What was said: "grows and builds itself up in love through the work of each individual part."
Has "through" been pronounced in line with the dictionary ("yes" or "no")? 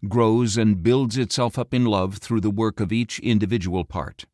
yes